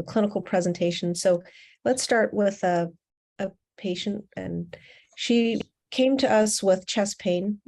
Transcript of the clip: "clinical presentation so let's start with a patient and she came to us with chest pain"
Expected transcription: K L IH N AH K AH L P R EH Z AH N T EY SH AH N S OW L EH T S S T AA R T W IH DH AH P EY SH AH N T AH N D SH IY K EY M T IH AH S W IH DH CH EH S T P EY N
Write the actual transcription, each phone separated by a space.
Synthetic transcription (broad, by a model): K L IH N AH K L P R EH Z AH N T EY SH N S OW L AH T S S T AA R T W IH DH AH P EY SH AH N T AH N SH IY K EY M T IH AH S W IH DH CH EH S P EY N